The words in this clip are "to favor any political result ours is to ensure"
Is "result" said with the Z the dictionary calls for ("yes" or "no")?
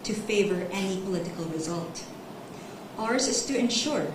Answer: yes